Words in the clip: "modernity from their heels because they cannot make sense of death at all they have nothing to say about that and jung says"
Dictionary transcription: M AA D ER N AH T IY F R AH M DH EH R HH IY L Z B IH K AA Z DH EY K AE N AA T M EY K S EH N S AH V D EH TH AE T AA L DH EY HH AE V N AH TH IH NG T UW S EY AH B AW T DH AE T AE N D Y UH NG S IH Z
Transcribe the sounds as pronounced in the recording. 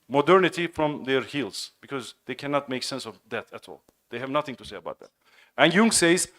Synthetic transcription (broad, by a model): M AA D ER N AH T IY F R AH M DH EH R HH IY L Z B IH K AA Z DH EY K AE N AA T M EY K S EH N S AH V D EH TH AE T AA L DH EY HH AE V N AH TH IH NG T UW S EY AH B AW T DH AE T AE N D Y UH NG S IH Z